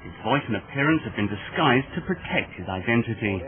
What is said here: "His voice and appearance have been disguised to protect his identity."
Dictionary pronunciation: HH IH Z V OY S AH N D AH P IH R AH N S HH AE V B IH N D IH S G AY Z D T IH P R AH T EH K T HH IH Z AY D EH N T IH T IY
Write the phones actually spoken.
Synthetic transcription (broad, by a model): HH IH Z V OY S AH N AH P IH R AH N S HH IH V B IH N D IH S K AY Z T IH P R AH T EH K T HH IH Z AY D EH N T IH T IY